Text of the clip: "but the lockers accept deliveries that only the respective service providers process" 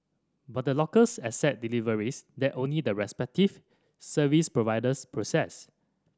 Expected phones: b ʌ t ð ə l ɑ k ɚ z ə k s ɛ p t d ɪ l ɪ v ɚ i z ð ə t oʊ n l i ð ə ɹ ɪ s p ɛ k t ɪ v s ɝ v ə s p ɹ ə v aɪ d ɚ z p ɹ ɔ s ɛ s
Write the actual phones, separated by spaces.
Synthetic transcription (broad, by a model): b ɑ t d ə l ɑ k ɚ s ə s ɛ t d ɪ l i v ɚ i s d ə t oʊ n l i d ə ɹ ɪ s p ɛ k t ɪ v s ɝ v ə s p ɹ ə v aɪ d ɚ s p ɹ ɔ s ɛ s